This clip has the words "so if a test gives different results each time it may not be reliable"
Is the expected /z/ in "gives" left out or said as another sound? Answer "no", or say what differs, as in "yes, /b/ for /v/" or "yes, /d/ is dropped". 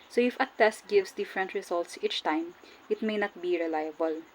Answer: yes, /s/ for /z/